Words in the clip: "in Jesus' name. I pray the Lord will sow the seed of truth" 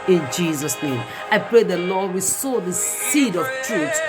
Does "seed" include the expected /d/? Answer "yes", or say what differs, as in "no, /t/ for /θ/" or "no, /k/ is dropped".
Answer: yes